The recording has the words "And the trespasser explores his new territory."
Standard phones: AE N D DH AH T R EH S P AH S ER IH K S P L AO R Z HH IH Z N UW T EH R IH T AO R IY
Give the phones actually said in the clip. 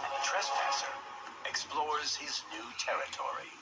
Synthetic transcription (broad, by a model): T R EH S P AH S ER IH K S P L AO R Z HH IH Z N UW T EH R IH T AO R IY